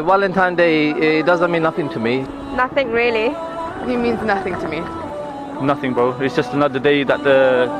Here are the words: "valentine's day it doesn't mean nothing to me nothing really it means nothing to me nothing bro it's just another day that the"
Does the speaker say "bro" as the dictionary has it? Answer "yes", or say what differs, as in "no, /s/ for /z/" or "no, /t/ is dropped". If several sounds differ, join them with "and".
no, /ɹ/ is dropped